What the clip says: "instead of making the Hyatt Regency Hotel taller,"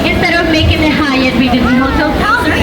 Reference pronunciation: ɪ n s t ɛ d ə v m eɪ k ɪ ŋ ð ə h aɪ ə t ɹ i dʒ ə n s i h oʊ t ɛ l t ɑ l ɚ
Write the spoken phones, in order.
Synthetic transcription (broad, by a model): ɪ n s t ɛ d ə v m eɪ k ɪ ŋ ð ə h aɪ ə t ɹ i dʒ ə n i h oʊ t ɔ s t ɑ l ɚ